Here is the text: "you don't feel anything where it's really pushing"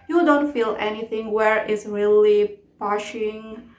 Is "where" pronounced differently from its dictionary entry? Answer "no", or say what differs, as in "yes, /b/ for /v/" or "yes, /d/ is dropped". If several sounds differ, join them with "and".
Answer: no